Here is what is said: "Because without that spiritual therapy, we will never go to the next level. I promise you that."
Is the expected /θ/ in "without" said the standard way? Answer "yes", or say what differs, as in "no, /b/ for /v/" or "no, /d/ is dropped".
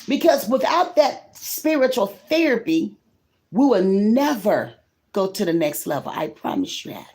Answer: yes